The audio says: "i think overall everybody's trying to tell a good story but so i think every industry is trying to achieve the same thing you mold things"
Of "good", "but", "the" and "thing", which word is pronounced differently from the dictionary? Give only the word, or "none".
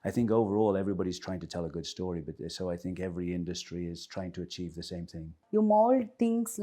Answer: none